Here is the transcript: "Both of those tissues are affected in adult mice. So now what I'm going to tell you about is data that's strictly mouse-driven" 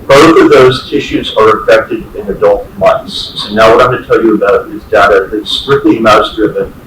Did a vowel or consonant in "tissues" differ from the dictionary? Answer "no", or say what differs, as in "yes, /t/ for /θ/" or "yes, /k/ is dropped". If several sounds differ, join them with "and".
no